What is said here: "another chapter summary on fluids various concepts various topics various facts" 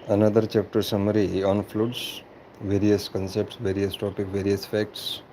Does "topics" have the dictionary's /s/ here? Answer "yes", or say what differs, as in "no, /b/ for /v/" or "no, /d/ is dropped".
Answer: no, /s/ is dropped